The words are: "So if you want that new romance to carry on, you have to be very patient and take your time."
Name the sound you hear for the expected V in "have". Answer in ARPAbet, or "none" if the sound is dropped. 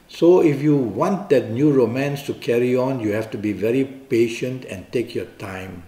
F